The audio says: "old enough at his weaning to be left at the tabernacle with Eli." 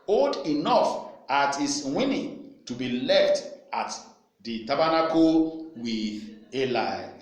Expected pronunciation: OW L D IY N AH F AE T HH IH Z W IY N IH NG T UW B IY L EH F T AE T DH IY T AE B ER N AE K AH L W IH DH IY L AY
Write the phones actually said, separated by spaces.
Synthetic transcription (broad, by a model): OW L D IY N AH F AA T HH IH S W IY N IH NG T UW B IY L EH F T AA T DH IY T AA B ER N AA K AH W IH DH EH L AY